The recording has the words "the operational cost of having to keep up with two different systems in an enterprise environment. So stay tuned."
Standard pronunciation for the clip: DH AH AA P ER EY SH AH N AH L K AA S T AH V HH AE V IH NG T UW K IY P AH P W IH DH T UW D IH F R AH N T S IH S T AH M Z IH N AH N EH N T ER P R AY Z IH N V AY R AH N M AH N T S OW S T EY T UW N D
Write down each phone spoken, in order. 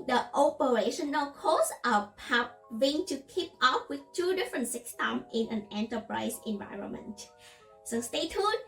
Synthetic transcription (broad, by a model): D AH AA P ER EY SH AH N AH L K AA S T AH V HH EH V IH NG T UW K IY P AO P W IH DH T UW D IH F R AH N T S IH S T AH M IH N AH N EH N T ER P R AY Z IH N V AY R AH N M AH N T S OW S T EY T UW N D